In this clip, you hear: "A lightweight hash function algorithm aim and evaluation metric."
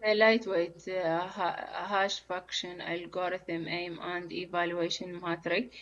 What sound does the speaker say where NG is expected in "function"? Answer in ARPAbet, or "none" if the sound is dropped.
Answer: none